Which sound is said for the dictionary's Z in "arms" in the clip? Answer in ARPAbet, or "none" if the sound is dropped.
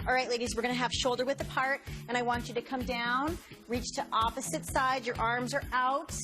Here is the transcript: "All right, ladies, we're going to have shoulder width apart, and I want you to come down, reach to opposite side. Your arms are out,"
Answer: Z